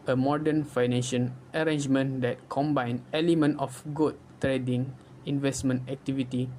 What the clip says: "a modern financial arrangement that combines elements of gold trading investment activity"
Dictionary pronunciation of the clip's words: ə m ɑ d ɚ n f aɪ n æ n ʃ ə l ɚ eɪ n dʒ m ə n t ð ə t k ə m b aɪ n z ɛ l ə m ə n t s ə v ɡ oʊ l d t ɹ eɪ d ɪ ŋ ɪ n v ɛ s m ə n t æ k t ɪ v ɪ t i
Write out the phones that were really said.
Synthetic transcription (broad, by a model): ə m ɑ d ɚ n f aɪ n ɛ n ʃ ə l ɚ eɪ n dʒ m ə n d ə t k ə m b aɪ n ɛ l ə m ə n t ə f ɡ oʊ d t ɹ eɪ d ɪ ŋ ɪ n v ɛ s m ə n t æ k t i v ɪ t i